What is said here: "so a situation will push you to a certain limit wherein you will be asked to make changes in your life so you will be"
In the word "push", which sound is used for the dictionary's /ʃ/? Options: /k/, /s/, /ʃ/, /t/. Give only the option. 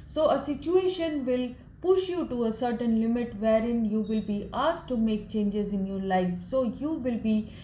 /ʃ/